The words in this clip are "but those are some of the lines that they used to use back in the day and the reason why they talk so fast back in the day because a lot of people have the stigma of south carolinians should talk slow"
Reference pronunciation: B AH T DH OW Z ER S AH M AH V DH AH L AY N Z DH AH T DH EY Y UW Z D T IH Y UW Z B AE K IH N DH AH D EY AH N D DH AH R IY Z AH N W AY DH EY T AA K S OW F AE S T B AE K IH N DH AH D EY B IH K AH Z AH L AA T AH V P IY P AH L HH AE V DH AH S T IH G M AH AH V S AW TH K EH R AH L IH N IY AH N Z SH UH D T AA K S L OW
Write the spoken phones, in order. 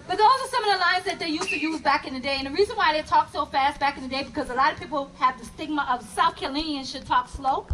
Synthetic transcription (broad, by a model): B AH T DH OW S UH S AH M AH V DH AH L AY N Z DH AH T DH EY Y UW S T IH Y UW Z B AE K IH N DH AH D EY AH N DH AH R IY Z AH N W AY DH EY T AA K S OW F AE S T B AE K IH N DH AH D EY B IH K AH Z AH L AA T AH V P IY P L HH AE V DH AH S T IH G M AH AH V S AW TH K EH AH L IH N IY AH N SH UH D T AA K S L OW